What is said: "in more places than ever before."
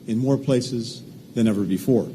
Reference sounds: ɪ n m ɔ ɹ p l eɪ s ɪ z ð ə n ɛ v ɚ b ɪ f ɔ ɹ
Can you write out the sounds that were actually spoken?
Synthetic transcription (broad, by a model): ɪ n m ɔ ɹ p l eɪ s ɪ z ð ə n ɛ v ɚ b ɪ f ɔ ɹ